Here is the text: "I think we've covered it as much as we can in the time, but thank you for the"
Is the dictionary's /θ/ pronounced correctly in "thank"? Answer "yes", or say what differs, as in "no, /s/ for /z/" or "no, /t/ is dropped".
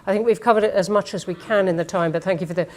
yes